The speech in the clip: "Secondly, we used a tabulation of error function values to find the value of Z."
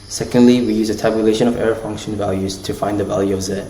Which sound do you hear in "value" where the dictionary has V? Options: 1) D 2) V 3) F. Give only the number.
2